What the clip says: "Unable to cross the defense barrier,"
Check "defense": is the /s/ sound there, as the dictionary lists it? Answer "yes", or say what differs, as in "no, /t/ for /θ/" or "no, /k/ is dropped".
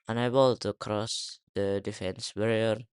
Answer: yes